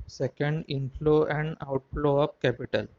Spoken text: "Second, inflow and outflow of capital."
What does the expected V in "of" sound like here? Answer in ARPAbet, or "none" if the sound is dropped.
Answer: P